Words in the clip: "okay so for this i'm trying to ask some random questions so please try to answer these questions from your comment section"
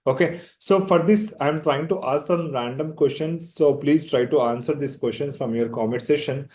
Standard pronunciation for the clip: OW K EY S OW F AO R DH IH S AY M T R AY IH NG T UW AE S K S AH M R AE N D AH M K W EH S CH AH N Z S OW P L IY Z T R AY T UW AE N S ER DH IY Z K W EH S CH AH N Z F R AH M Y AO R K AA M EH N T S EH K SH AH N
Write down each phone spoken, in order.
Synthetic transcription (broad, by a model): OW K EY S OW F AO R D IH S AY M T R AY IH NG T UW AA S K S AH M R AE N D AH M K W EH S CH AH N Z S OW P L IY Z T R AY T UW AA N S ER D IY S K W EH S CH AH N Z F R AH M Y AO R K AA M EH T S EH SH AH N